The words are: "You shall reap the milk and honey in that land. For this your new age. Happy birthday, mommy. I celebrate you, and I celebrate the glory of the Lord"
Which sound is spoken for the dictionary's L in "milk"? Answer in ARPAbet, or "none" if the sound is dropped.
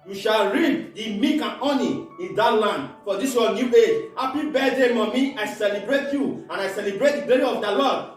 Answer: none